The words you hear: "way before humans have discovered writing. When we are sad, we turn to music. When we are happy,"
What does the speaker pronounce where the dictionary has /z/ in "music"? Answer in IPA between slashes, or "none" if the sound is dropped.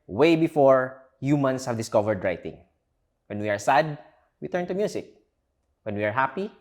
/s/